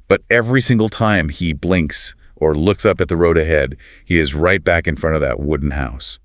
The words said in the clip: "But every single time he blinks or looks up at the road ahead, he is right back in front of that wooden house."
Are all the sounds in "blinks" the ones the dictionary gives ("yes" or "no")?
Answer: yes